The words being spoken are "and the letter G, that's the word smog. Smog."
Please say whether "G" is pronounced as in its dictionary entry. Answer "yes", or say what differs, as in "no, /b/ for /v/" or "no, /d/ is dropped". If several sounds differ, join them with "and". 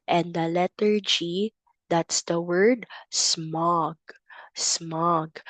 yes